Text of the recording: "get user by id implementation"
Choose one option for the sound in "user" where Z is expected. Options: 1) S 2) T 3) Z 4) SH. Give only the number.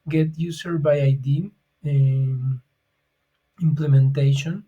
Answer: 1